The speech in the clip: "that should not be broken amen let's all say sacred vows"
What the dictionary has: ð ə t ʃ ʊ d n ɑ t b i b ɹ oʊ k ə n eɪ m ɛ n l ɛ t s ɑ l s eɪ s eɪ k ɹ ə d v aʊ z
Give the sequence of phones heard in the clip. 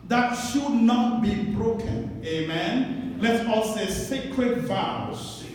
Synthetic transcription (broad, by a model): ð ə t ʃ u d n ɑ t b i b ɹ oʊ k ə n eɪ m ɛ n l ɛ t ɑ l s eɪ s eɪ k ɹ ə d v aʊ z